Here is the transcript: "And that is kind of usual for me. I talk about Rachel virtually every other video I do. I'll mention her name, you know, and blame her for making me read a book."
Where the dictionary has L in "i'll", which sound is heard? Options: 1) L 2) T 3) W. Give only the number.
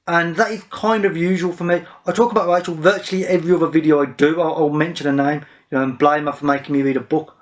1